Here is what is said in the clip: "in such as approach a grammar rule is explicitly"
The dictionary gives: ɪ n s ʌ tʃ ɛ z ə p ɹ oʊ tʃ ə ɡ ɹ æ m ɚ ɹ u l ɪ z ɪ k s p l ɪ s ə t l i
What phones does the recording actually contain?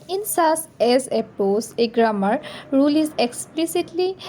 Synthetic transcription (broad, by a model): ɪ n s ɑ s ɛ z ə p oʊ s ə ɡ ɹ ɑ m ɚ ɹ u l ɪ z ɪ k s p l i s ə t l i